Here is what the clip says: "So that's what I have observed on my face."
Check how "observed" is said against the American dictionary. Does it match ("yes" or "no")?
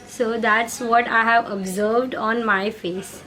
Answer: yes